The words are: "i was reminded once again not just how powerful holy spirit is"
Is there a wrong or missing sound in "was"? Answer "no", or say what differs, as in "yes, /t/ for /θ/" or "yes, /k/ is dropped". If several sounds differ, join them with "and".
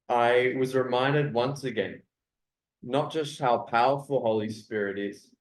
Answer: no